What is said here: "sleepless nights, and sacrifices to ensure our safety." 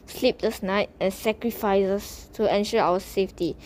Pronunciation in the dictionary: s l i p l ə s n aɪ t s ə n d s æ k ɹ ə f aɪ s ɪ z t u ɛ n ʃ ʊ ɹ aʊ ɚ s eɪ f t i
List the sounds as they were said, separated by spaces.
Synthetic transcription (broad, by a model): s l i p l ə s n aɪ t ə n s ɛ k ɹ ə f aɪ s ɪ s t u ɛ n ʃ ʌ aʊ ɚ s eɪ f t i